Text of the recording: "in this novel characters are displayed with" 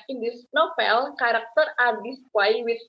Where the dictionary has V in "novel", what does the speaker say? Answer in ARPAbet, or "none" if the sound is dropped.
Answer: F